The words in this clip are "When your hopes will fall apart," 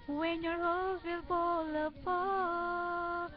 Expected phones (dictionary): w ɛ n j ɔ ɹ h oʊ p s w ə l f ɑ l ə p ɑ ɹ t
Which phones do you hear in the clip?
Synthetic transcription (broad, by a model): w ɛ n j ɔ ɹ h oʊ s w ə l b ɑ l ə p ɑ